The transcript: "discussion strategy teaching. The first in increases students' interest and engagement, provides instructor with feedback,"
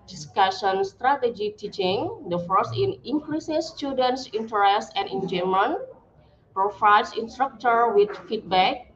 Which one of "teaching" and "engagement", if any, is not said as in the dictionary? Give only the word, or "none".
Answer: engagement